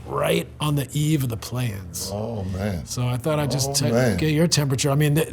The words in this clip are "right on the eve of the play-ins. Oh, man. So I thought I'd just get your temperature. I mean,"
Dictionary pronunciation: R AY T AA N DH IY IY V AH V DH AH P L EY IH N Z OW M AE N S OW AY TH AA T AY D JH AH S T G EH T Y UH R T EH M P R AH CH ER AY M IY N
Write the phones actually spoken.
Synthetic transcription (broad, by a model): R AY T N DH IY IY V AH V DH AH P L EY IH N Z OW M AE N S OW AY TH AA T AY JH AH S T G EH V Y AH R T EH M P R AH CH ER AY M IY N